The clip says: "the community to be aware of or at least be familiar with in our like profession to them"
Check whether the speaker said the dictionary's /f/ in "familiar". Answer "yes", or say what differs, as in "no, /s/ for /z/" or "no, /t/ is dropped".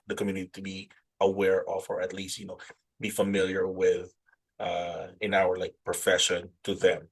yes